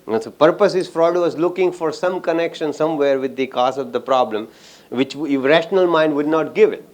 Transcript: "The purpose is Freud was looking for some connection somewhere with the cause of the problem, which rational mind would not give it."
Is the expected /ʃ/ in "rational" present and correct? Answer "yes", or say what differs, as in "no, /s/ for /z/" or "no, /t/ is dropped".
yes